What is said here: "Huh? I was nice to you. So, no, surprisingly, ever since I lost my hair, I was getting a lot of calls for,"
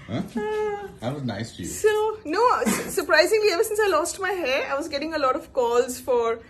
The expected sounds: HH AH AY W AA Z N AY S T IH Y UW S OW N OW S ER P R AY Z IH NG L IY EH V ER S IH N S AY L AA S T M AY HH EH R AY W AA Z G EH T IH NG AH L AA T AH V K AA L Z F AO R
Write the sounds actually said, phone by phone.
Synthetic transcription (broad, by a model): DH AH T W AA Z N AY S T IH Y UW S OW N OW S ER P R AY Z IH NG L IY EH V ER S IH N S AY L AA S T M AY HH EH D AY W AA Z G EH T IH NG AH L AA T AH V K AA L Z F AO R